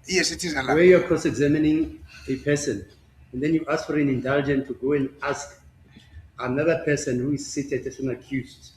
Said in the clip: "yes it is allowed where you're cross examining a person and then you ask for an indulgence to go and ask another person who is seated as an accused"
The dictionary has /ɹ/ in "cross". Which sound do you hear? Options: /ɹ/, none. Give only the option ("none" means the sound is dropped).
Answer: none